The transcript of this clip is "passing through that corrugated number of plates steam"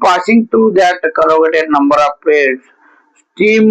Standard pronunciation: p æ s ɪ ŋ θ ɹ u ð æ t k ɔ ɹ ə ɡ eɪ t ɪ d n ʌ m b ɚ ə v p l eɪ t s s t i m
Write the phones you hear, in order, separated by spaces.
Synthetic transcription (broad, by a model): p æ s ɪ ŋ t ɹ u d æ t k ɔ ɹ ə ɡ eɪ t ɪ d n ʌ m b ɚ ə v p eɪ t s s t i m